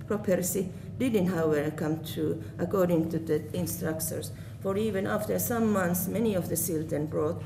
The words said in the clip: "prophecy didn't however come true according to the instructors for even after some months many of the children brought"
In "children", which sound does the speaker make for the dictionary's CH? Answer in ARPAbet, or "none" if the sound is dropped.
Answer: S